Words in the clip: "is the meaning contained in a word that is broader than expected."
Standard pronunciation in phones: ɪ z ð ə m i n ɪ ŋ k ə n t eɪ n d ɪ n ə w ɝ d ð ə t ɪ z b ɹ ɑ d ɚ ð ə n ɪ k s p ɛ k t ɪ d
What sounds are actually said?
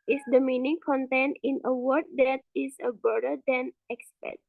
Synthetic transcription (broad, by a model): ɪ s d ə m i n ɪ ŋ k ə n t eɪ n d ɪ n ə w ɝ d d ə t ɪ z b ɑ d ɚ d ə n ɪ k s p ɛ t